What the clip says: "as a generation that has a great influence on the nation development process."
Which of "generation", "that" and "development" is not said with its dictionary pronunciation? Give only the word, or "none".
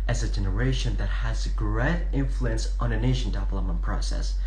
development